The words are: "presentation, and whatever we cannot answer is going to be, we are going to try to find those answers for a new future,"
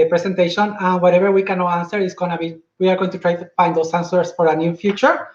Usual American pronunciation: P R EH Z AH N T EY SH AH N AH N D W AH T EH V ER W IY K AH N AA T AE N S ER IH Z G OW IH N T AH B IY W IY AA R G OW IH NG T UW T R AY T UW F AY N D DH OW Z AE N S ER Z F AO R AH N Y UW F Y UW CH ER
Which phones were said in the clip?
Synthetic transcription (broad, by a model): P R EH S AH N T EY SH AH N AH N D W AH T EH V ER W IY K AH N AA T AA N S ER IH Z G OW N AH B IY W IY AA R G OW IH NG T UW T R AY T UW F AY N D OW S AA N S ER S F AO R AH N Y UW F Y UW CH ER